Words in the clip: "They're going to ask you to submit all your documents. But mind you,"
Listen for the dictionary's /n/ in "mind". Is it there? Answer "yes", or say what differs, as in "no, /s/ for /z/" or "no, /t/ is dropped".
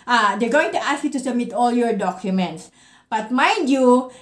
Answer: no, /n/ is dropped